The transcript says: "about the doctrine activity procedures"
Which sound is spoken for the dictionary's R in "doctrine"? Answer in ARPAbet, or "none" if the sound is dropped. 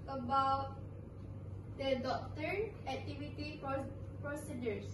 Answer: none